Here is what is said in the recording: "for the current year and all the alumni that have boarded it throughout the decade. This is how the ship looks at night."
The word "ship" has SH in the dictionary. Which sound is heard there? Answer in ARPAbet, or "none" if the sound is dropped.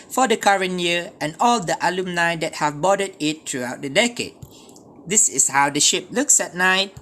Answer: SH